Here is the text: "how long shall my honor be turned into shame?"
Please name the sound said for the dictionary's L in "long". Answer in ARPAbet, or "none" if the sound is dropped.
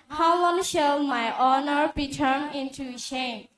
W